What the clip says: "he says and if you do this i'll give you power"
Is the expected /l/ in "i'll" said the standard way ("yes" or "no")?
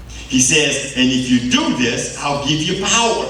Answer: yes